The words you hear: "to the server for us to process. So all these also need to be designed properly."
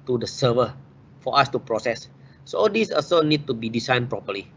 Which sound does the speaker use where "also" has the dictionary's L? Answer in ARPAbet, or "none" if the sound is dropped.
none